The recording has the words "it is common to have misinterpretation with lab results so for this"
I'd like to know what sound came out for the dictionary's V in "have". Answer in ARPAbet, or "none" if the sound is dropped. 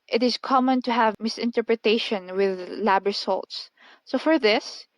V